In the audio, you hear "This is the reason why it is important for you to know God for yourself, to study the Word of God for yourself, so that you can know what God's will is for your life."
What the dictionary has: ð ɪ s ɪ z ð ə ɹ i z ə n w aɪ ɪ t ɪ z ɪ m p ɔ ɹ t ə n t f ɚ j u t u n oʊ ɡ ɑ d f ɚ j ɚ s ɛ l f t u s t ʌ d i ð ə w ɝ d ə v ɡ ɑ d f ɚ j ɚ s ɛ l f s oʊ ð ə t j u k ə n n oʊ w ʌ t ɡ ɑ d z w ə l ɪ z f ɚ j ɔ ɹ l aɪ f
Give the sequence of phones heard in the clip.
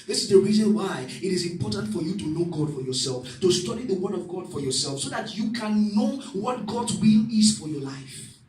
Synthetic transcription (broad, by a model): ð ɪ s ɪ z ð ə ɹ i z ə n w aɪ ɪ t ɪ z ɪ m p ɔ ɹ t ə n t f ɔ j u t u n oʊ ɡ ɑ d f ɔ j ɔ s ɛ l f t u s t ʌ d i ð ə w ɝ d ə v ɡ ɑ d f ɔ j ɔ s ɛ l f s oʊ ð ə t j u k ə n n oʊ w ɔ t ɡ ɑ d w ə l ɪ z f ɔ j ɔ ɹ l aɪ f